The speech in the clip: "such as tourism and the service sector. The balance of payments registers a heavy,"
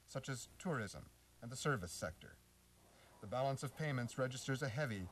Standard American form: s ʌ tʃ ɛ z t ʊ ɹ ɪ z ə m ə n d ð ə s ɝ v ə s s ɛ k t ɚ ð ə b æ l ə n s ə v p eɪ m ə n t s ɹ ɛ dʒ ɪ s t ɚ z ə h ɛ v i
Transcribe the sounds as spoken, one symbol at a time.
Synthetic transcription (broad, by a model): s ʌ tʃ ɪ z t ʊ ɹ ɪ z ə m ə n ð ə s ɝ v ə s s ɛ k t ɚ ð ə b æ l ə n s ə v p eɪ m ə n t s ɹ ɛ dʒ ɪ s t ɚ z ə h ɛ v i